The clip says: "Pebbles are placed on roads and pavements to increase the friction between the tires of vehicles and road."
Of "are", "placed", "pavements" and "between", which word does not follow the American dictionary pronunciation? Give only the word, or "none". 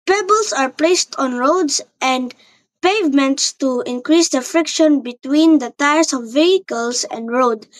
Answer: none